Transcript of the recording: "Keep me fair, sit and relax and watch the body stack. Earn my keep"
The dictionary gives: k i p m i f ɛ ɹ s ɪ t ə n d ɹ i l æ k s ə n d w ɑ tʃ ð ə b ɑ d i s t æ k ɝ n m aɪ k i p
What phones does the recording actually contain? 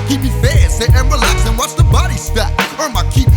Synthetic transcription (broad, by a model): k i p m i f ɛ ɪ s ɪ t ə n ɹ i l æ k s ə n w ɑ s ð ə b ɑ d i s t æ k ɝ m aɪ k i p